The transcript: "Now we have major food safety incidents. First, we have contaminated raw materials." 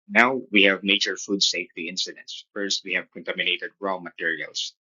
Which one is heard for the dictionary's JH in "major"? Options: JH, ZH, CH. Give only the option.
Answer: CH